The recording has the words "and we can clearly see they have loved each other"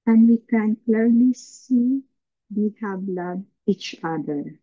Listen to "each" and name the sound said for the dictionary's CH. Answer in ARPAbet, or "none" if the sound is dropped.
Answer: CH